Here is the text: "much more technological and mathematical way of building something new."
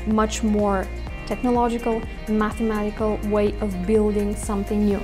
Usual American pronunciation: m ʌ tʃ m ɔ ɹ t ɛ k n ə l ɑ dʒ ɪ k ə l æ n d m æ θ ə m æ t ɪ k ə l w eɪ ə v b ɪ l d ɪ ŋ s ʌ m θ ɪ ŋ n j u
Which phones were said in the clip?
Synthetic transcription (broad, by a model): m ʌ tʃ m ɔ ɹ t ɛ k n ə l ɑ dʒ ɪ k ə l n m æ θ ə m æ t ɪ k ə l w eɪ ə v b ɪ l d ɪ ŋ s ʌ m θ ɪ ŋ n j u